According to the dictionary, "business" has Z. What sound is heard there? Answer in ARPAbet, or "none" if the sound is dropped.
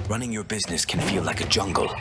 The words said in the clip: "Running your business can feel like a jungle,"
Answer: Z